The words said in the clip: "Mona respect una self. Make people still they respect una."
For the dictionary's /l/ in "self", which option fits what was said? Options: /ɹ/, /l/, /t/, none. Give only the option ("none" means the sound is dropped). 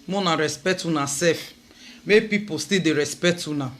none